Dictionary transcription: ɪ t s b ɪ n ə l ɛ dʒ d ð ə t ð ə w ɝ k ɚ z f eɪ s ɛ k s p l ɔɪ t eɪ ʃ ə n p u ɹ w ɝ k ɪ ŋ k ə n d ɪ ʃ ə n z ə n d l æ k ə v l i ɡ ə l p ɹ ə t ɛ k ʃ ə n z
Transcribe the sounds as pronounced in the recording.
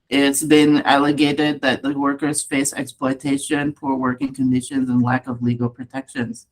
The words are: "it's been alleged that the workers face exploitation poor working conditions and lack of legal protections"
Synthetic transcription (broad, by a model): ɪ t s b ɪ n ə l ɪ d d ð ə t ð ə w ɝ k ɚ z f eɪ s ɛ k s p l ɔɪ t eɪ ʃ ə n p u ɹ w ɝ k ɪ ŋ k ə n d ɪ ʃ ə n z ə n l æ k ə v l i ɡ l p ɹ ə t ɛ k ʃ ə n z